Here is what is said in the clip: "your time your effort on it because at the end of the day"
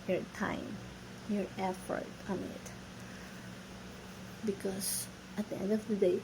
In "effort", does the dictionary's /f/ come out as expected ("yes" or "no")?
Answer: yes